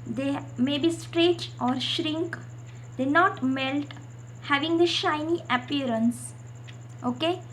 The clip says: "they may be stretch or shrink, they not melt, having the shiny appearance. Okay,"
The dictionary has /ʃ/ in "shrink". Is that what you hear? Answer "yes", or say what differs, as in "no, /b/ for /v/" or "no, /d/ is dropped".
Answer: yes